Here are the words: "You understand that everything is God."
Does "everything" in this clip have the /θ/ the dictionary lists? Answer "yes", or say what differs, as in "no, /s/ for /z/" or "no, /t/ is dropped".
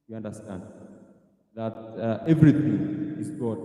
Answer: no, /t/ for /θ/